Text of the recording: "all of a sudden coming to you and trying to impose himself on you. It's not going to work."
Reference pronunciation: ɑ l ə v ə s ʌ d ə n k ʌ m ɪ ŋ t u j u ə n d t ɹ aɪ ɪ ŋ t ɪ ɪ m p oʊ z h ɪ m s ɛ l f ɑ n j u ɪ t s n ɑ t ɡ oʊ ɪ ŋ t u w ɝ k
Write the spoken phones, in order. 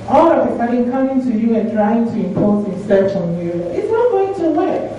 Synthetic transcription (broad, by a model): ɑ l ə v ə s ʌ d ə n k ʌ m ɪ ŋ t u j u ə n t ɹ aɪ ɪ ŋ t ɪ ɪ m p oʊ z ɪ s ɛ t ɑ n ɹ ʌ ɪ t s n ɑ t ɡ oʊ ɪ ŋ t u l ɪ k